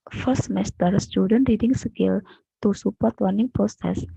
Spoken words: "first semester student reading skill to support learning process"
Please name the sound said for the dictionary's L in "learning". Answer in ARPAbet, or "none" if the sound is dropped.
W